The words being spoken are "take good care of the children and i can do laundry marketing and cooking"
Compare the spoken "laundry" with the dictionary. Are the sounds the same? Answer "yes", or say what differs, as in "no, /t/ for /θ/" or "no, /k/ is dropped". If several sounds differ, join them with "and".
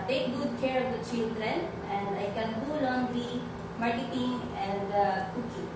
no, /ɹ/ is dropped